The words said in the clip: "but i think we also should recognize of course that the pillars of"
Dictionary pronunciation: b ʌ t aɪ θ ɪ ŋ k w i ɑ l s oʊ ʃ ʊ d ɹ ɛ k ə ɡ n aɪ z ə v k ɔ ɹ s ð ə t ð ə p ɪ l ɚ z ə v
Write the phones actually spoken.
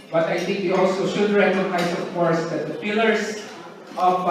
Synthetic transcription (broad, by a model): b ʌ t aɪ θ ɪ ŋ k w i ɑ l s oʊ ʃ ʊ d ɹ ɛ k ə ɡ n aɪ s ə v k ɔ ɹ s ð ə t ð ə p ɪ l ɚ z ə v